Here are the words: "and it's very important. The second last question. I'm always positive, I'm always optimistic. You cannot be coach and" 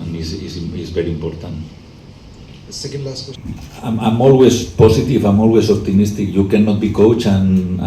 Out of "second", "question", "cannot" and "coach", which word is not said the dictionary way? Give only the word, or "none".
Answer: question